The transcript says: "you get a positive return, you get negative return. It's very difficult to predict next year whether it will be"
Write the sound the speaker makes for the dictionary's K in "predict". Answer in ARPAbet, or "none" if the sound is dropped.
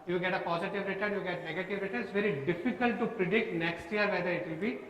K